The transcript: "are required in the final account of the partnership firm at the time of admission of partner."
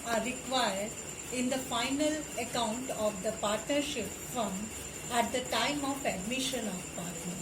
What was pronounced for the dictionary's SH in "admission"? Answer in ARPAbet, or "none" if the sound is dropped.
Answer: SH